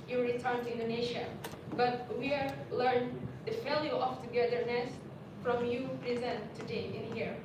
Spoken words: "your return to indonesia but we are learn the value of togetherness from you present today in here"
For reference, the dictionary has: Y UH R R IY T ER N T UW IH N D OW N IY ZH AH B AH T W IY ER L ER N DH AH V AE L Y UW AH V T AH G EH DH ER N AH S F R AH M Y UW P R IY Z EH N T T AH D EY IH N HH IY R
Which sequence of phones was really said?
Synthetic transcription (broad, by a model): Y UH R R IY T ER N T UW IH N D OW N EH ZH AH B AH T W IY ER L ER N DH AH F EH L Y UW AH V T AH G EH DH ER N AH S F R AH M Y UW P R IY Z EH N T T AH D EY IH N HH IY R